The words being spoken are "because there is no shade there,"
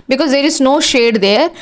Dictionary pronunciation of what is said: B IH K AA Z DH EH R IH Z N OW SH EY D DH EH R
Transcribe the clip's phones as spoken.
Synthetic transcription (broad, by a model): B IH K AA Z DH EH R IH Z N OW SH EY D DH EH R